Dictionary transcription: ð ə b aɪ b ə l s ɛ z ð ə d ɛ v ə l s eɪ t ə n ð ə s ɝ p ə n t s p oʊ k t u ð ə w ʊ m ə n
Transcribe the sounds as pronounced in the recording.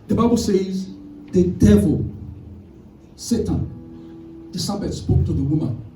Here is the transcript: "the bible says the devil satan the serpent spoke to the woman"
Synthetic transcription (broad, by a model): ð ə b aɪ b ə l s ɛ z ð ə d ɛ v ə l s eɪ t ə n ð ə s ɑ b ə t s p oʊ k t u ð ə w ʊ m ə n